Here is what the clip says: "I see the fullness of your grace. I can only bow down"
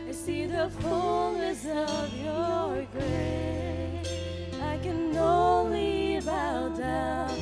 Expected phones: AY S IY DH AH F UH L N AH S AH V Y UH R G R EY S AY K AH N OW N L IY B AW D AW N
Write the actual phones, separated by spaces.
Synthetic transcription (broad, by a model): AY S IY DH AH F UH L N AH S AH V Y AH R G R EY AY K AH N OW N L IY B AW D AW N